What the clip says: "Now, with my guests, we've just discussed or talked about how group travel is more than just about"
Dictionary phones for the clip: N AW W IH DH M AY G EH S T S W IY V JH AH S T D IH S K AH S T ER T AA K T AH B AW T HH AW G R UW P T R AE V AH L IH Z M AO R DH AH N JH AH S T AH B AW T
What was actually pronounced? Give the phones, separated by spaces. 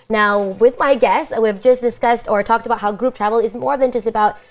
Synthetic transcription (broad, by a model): N AW W IH DH M AY G EH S S W IY V JH AH S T D IH S K AH S T ER T AA K T AH B AW T HH AW G R UW P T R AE V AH L IH Z M AO R DH AH N JH AH S T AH B AW T